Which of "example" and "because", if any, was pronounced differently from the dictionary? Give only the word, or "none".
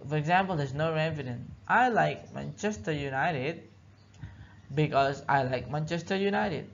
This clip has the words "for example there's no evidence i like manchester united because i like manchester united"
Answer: none